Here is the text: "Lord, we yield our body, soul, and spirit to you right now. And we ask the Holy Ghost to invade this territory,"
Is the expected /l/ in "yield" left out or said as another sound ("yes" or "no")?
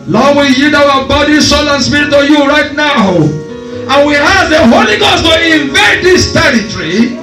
yes